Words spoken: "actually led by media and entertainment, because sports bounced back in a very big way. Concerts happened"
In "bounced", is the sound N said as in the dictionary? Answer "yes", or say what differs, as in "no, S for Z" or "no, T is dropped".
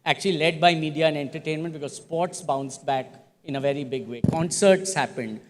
yes